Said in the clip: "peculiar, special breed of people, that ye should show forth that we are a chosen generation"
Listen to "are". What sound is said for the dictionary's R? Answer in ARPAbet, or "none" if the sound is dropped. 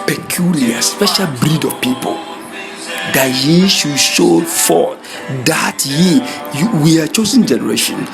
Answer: W